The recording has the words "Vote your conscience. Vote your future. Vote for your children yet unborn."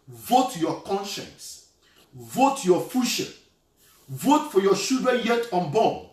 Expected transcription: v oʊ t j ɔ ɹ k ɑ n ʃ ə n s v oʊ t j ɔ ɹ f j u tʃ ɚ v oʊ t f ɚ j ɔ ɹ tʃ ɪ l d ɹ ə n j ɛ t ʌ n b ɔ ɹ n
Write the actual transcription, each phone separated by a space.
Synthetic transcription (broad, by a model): v oʊ t j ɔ k ɑ n ʃ ə n s v oʊ t j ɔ f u ʃ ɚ v oʊ t f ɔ j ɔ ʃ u d ə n j ɛ t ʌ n b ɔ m